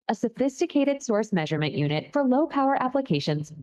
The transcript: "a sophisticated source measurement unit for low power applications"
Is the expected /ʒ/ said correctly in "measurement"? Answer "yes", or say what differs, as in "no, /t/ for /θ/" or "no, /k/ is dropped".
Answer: yes